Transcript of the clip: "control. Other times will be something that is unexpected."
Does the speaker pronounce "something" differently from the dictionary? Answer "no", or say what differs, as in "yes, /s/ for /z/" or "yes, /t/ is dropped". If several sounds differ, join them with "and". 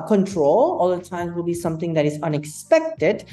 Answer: yes, /t/ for /θ/